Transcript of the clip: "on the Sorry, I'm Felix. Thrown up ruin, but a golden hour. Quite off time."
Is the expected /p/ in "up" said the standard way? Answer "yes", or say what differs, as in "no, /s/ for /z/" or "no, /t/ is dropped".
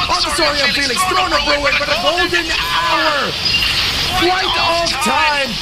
no, /b/ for /p/